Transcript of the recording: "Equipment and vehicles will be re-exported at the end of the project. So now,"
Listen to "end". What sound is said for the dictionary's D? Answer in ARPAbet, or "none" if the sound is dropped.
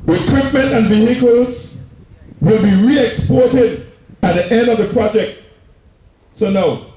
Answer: D